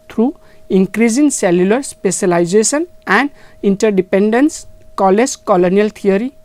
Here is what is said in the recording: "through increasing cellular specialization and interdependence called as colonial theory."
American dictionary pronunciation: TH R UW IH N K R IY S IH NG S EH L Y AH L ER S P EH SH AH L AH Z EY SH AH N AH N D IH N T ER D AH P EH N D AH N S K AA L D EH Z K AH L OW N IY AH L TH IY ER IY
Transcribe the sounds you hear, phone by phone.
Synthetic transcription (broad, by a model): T R UW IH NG K R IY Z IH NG S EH L Y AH L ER S P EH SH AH L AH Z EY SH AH N AH N D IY N T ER D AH P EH N D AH N S K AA L EH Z K AH L OW N IY AH L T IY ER IY